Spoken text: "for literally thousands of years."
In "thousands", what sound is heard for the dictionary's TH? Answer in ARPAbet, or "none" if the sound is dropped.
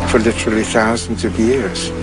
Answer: TH